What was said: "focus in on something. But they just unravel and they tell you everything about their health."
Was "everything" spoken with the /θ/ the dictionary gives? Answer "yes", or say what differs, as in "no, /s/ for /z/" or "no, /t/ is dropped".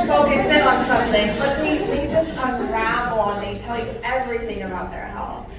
yes